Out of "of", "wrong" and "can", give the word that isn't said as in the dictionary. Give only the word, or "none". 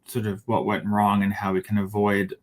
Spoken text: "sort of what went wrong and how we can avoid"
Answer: none